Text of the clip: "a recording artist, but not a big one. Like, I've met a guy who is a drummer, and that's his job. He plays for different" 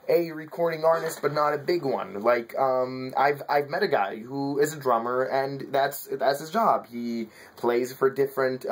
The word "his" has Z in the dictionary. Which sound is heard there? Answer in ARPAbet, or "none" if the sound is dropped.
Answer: Z